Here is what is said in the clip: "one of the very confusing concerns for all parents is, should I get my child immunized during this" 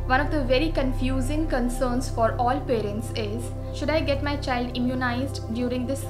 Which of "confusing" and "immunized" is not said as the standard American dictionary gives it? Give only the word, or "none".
none